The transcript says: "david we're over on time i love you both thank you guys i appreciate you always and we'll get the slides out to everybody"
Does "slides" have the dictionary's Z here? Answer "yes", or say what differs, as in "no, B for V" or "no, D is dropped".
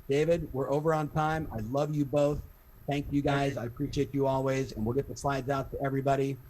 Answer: yes